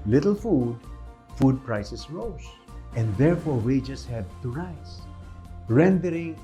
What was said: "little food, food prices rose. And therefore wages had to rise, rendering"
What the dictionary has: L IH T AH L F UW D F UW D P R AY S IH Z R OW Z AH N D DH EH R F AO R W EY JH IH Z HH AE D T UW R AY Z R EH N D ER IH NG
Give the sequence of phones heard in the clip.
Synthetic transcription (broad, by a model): L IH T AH L F UW D F UW D P R AY S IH S R OW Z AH N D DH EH R F AO R W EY JH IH S HH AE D T UW R AY S R EH N D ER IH NG